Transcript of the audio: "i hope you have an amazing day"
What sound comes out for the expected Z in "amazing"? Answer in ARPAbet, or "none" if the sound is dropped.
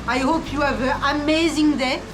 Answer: Z